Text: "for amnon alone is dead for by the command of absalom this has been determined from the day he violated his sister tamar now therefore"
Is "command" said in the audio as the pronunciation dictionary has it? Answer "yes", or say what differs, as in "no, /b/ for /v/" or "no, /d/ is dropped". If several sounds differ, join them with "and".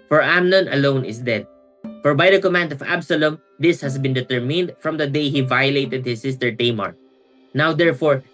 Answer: yes